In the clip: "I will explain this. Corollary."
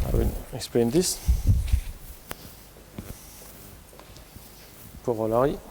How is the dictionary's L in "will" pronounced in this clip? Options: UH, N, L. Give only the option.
N